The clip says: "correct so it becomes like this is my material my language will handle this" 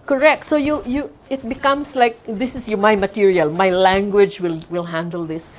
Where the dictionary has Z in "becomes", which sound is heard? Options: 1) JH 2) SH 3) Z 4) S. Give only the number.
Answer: 4